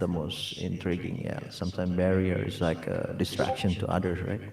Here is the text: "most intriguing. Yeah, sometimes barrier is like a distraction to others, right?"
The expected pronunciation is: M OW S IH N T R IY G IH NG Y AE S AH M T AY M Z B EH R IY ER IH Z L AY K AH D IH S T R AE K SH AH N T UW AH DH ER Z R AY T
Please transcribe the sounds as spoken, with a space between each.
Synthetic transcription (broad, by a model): M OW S IH N T R IY G IH NG Y AE S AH M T AY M B EH R IY ER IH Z L AY K AH D IH S T R AE K SH AH N T UW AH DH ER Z R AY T